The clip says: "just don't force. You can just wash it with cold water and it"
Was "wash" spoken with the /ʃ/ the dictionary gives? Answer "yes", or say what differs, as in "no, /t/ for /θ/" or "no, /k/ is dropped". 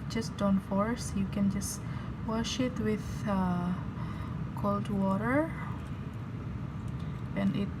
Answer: yes